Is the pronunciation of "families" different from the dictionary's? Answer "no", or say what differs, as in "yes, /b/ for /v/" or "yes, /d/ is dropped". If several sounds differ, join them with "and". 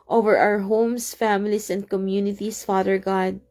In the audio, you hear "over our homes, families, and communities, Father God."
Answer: yes, /s/ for /z/